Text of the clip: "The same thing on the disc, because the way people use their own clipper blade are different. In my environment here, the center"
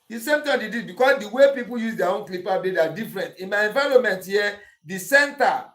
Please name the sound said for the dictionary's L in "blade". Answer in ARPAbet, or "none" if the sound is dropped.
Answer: none